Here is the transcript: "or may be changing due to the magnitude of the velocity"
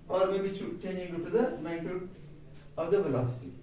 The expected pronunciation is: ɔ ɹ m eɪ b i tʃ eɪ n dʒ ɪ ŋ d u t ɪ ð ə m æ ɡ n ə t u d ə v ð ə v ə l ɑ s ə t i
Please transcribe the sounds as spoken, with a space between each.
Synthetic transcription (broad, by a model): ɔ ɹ m eɪ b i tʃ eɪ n ɪ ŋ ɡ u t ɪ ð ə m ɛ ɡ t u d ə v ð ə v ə l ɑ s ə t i